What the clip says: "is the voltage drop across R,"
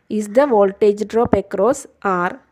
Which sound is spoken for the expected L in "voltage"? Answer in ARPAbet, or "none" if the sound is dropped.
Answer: L